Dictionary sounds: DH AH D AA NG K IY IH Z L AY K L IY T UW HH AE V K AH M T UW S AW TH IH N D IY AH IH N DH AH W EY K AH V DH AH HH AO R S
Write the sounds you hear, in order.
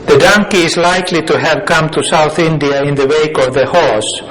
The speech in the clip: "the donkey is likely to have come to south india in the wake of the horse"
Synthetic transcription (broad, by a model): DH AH D AA NG K IY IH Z L AY K L IY T UW HH AE V K AH M T UW S AW TH IH N D IY AH IH N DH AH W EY K AH V DH AH HH AO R S